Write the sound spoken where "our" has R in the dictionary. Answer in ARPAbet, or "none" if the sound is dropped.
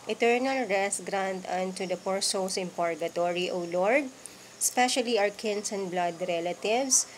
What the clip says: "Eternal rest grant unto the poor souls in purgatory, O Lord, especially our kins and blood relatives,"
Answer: W